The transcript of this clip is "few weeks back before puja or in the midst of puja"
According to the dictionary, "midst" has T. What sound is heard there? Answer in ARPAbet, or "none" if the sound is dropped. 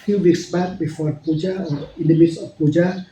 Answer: none